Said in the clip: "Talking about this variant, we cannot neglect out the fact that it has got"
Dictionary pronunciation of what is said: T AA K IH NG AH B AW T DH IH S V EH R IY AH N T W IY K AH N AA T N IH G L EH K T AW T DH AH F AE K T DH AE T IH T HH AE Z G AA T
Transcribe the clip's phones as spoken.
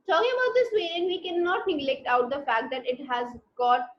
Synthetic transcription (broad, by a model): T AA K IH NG AH B AW T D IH S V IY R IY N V IY K AH N AA T N IH G L EH K T AW T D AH F AE K T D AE T IH T HH AE Z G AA T